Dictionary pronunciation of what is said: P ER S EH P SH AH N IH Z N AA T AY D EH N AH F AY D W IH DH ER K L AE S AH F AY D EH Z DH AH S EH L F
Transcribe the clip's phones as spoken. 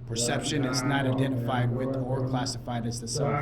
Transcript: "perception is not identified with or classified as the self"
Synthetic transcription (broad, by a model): P ER S EH P SH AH N IH Z N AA T AY D EH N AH F AY D W IH DH ER K L AE S AH F AY D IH Z DH AH S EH